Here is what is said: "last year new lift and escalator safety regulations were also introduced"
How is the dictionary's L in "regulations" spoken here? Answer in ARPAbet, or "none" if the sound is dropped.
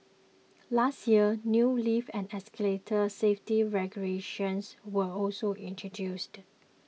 none